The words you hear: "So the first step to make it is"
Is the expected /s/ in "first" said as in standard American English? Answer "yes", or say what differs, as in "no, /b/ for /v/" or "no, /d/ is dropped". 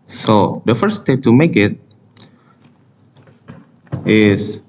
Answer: no, /s/ is dropped